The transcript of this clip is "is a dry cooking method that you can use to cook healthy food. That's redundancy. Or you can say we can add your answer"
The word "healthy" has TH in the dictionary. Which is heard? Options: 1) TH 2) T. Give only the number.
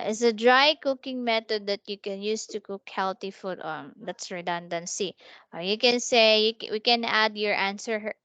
2